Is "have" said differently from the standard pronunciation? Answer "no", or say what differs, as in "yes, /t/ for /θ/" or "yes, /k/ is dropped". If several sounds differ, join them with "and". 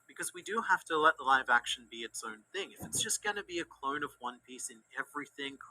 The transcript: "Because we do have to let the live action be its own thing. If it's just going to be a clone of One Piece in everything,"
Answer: yes, /f/ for /v/